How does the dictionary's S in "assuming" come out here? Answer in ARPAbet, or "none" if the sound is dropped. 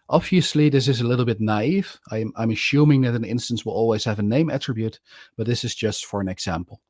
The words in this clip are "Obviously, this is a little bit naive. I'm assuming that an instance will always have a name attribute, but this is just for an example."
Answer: SH